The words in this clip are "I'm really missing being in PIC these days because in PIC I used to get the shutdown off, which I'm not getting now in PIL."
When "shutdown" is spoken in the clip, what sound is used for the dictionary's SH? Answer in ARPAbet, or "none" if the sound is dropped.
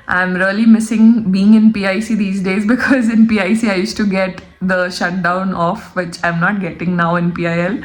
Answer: SH